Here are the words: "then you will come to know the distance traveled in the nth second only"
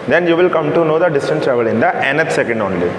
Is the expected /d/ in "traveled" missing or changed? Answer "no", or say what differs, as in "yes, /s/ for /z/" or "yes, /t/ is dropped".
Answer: yes, /d/ is dropped